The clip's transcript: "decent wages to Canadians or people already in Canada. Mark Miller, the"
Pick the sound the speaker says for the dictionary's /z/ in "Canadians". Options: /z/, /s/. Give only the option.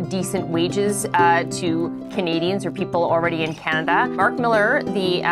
/z/